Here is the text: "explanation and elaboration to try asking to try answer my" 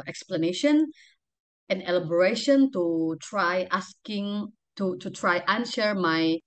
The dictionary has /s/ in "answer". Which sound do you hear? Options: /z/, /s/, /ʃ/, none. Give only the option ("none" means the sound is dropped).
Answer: /ʃ/